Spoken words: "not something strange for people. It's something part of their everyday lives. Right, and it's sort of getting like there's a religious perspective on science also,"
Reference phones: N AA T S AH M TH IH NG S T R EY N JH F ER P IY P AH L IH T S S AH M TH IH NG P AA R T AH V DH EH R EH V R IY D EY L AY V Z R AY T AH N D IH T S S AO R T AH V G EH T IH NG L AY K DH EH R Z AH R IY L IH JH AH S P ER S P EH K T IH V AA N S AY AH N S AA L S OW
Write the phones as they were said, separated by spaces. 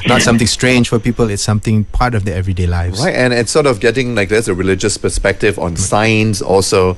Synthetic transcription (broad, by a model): N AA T S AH M T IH NG S T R EY N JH F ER P IY P AH L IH T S S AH M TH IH NG P AA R T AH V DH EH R EH V R IY D EY L AY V R AY T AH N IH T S S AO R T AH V G EH T IH NG L AY K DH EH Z AH R IY L IH JH AH S P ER S P EH K T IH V AA N S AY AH N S AA L S OW